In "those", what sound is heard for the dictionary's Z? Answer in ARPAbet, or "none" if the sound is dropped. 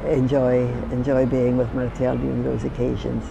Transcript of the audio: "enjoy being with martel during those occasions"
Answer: Z